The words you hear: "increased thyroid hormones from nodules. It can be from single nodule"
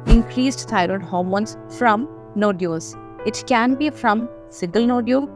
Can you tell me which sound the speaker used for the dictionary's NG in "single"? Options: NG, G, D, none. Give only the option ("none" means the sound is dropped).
none